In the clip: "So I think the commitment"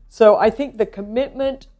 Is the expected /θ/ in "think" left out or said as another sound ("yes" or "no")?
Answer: no